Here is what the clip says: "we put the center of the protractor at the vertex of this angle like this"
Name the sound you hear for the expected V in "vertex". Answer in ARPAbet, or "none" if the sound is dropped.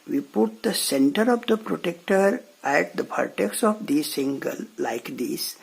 P